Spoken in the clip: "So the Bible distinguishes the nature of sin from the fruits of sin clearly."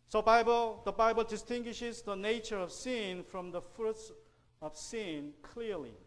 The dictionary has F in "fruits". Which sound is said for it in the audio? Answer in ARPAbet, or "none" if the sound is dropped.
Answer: F